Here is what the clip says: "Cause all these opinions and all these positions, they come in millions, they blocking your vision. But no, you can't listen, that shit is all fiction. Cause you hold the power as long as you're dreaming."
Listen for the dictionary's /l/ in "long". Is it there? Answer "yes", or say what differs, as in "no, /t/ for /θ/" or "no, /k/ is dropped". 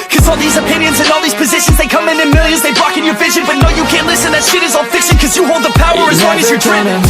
no, /w/ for /l/